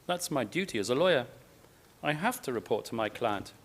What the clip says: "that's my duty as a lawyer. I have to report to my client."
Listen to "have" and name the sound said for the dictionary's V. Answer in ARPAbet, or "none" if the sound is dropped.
F